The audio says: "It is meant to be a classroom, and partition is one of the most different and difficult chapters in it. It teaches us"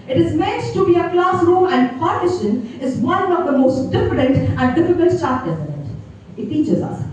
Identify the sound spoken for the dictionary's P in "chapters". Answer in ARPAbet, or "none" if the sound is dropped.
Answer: none